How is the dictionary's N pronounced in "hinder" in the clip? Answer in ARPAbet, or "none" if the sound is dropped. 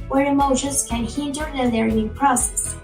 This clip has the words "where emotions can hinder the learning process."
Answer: N